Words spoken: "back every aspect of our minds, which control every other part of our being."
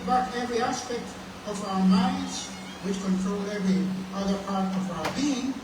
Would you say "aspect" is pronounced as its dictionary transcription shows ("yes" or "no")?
yes